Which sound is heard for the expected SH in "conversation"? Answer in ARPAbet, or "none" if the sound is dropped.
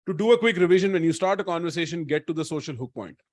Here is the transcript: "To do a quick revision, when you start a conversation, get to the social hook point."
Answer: SH